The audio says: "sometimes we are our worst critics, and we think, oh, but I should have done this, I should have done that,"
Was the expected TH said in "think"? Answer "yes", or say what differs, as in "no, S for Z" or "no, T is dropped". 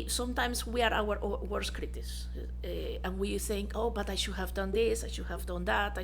yes